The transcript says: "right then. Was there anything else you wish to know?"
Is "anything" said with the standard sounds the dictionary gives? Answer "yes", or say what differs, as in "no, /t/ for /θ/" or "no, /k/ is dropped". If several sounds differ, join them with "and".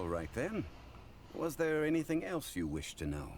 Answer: yes